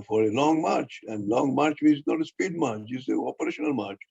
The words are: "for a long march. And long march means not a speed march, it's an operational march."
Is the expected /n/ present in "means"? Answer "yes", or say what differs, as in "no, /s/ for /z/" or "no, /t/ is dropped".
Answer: no, /n/ is dropped